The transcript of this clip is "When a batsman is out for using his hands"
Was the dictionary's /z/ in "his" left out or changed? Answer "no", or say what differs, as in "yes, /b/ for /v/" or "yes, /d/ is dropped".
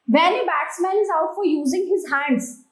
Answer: no